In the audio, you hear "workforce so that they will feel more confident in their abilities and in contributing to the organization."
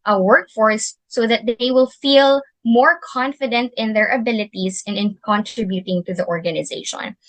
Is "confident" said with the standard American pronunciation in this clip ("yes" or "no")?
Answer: yes